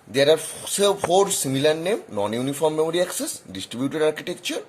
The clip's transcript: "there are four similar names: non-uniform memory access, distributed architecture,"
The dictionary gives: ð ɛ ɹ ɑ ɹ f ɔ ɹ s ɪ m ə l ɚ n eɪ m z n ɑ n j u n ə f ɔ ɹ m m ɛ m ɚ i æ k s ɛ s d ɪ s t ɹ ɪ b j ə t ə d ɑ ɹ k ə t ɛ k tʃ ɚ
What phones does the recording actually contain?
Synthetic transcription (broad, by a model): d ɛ ɹ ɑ ɹ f ɔ ɹ s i m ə l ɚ n eɪ m n ɑ n j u n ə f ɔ ɹ m m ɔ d i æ k s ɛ s d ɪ s t ɹ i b j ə t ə d ɑ ɹ k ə t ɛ k tʃ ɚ